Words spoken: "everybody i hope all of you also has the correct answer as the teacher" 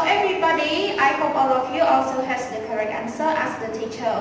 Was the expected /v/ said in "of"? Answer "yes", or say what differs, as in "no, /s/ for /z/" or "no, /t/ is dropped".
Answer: no, /f/ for /v/